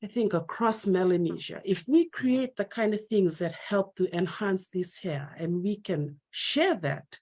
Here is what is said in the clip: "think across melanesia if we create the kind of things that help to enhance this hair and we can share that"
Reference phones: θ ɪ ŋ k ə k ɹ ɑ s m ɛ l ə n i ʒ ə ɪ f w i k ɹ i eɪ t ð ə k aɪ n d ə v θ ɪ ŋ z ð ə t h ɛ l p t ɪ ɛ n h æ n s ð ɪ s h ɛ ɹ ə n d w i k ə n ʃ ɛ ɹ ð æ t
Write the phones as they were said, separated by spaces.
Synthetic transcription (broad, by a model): θ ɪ ŋ k ə k ɹ ɑ s m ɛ l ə n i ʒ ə ɪ f w i k ɹ i eɪ t ð ə k aɪ n d ə v θ ɪ ŋ z ð ə t h ɛ l p t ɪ ɛ n h æ n s ð ɪ s h ɛ ɹ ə n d w i k ə n ʃ ɛ ɹ ð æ t